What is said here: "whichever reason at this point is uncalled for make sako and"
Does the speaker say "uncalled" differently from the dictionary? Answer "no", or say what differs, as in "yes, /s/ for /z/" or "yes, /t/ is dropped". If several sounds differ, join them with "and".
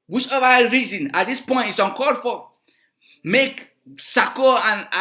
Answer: yes, /l/ is dropped